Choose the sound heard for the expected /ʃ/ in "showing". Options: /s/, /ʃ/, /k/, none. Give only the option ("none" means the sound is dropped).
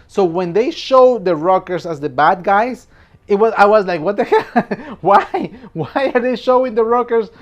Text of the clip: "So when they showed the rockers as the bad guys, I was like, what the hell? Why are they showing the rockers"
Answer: /ʃ/